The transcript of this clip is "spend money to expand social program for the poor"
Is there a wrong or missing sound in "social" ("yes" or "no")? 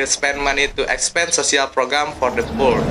yes